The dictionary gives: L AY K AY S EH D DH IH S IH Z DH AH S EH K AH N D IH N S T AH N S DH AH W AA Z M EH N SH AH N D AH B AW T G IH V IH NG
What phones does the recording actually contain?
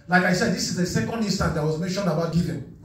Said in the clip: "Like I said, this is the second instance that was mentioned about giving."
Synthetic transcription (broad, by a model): L AY K AY S EH D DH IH S IH Z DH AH S EH K AH N D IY N S T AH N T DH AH W AA Z M EH N SH AH N D AH B AW T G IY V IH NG